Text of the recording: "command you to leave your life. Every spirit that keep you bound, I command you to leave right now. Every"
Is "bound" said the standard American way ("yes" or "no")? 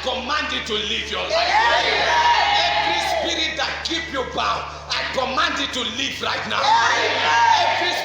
no